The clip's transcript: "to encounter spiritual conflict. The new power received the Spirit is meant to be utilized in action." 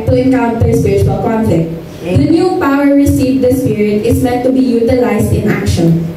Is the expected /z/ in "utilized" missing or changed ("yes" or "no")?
yes